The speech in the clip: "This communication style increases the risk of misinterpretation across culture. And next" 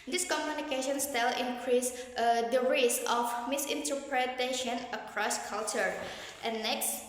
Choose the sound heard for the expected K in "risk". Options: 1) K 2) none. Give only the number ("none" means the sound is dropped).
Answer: 2